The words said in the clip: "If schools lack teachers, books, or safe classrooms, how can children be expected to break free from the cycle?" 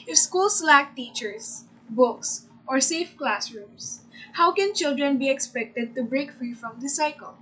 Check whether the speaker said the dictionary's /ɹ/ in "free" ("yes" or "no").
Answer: yes